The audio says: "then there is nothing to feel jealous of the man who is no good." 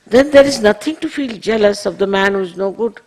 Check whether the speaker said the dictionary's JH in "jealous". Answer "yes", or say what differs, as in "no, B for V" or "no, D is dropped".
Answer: yes